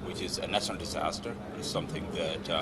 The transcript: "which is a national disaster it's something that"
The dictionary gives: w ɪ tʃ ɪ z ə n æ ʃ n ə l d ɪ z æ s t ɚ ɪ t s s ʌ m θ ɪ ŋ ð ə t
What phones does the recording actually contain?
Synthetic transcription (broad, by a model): w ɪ tʃ ɪ z ə n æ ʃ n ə l d ɪ z æ s t ɚ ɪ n s ʌ m θ ɪ ŋ ð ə t